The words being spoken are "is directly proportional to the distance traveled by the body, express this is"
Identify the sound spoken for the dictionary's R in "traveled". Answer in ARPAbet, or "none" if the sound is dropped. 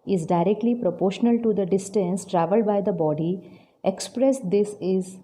R